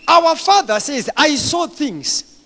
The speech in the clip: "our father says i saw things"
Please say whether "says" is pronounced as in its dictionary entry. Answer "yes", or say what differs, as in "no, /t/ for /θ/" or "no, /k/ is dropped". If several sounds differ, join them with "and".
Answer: yes